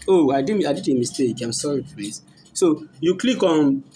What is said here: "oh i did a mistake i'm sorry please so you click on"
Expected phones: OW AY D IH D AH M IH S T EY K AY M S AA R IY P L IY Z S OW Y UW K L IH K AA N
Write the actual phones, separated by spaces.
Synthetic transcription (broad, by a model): OW AY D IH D AH M IH S T EY K AY M S AA R IY F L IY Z S OW Y UW K L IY K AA N